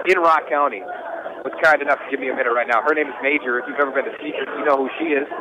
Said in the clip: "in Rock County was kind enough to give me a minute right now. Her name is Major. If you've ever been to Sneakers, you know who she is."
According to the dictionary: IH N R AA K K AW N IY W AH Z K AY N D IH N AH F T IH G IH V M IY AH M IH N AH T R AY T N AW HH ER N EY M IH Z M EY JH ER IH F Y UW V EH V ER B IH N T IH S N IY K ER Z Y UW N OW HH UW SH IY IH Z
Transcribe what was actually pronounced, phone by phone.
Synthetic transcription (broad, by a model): IH N R AA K K AW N IY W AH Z K AY N D IH N AH F T IH G IH V M IY AH M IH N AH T R AY T N AW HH ER N EY M IH Z M EY JH ER IH F Y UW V EH V ER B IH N T IH S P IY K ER Y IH N OW HH UW SH IY IH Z